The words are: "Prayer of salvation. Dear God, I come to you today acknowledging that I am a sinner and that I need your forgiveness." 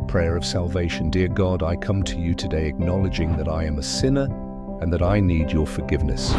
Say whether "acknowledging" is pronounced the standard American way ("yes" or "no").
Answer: yes